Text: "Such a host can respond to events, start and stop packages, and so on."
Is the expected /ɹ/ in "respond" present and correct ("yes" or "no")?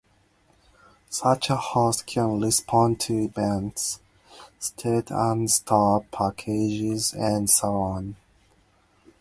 no